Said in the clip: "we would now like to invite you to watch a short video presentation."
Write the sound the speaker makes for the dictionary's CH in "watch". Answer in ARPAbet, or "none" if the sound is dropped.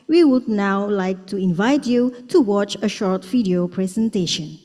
CH